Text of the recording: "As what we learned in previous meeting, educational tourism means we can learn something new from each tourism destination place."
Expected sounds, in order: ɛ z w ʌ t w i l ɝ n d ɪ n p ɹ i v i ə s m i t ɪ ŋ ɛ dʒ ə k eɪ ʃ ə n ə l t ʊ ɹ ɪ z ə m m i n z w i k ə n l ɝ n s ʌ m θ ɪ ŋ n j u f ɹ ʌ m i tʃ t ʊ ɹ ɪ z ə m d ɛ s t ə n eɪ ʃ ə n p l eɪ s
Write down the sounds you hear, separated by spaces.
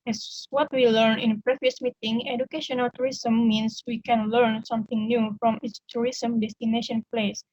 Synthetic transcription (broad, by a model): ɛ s w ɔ t w i l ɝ n ɪ n p ɹ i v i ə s m i t ɪ ŋ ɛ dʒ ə k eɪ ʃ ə n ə l t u ɹ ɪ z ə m m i n s w i k ə n l ɝ n s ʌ m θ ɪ ŋ n j u f ɹ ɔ m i s t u ɹ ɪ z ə m d ɛ s t ə n eɪ ʃ ə n p l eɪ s